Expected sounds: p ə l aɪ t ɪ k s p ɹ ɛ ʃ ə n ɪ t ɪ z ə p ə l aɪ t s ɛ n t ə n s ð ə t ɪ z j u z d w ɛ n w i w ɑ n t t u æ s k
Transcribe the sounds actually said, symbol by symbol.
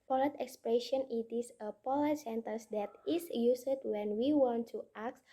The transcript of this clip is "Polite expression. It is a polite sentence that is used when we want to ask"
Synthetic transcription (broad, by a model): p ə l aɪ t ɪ k s p ɹ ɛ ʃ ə n ɪ t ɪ s ə p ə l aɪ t s ɛ n t ə n s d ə t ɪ s j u s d w ɛ n w i w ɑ n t t u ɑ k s